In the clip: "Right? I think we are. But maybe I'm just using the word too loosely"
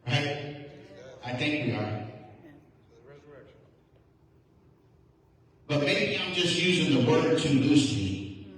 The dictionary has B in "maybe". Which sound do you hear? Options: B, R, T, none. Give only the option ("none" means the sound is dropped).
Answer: none